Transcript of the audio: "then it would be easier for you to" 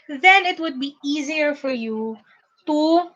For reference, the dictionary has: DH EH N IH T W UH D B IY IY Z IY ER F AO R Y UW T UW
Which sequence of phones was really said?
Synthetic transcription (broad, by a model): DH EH N IH T W UH D B IY IY Z IY ER F AO R Y UW T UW